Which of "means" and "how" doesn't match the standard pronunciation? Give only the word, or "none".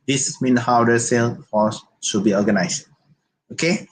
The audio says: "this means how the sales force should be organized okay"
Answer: means